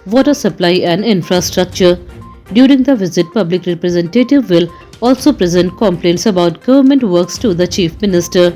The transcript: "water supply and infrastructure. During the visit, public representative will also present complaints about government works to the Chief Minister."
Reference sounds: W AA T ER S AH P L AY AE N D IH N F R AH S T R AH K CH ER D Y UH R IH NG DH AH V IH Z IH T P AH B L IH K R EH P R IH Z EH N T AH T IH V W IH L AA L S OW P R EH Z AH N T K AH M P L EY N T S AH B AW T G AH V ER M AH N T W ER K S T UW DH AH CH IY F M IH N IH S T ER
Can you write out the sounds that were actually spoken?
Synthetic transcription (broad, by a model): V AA T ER S AH P L AY AE N D IH N F R AH S T R AH K CH ER D Y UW R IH NG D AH V IH Z IH T P AH B L IH K R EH P R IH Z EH N T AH T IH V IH L AA L S OW P R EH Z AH N T K AH M P L EY N T S AH B AW T G AH V ER M AH N T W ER K S T UW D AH CH IY F M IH N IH S T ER